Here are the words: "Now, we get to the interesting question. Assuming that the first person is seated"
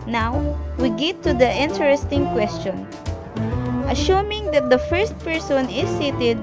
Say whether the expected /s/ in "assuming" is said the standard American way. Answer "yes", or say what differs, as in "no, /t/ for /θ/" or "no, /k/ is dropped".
no, /ʃ/ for /s/